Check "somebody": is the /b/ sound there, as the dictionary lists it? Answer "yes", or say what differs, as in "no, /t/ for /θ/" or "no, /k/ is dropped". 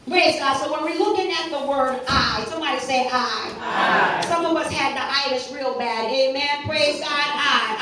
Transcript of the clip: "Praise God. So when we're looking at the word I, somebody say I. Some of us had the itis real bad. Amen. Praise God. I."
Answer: no, /b/ is dropped